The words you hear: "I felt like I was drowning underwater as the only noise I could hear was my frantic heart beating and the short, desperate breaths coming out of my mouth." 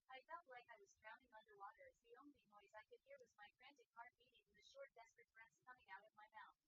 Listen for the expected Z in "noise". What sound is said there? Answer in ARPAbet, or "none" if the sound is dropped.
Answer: Z